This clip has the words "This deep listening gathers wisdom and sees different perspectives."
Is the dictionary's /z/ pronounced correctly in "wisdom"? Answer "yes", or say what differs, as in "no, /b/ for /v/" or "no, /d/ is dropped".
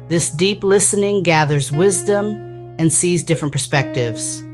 yes